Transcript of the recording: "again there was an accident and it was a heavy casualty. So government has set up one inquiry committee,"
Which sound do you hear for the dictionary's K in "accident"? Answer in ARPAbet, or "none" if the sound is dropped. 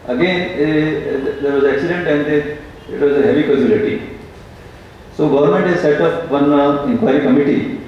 K